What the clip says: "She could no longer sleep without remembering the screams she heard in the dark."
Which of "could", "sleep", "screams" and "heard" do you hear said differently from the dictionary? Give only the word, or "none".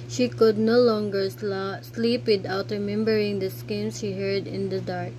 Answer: screams